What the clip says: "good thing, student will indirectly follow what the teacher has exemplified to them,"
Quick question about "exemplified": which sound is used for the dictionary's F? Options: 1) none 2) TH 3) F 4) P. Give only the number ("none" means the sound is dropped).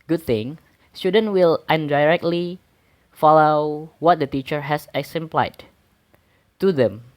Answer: 1